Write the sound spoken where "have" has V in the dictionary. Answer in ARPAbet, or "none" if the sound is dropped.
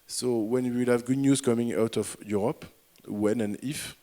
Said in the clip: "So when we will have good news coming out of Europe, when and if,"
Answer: V